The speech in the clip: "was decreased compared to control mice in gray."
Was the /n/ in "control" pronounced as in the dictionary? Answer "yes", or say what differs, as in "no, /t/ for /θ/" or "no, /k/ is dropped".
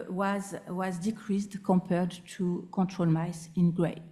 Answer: no, /n/ is dropped